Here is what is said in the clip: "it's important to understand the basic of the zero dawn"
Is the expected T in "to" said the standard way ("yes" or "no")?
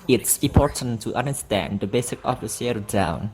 yes